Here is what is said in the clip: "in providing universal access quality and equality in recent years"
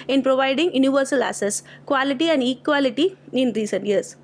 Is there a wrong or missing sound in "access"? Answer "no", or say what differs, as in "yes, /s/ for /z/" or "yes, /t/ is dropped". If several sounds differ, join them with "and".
yes, /k/ is dropped